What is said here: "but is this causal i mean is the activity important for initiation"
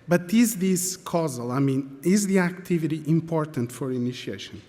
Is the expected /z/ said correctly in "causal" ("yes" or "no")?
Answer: yes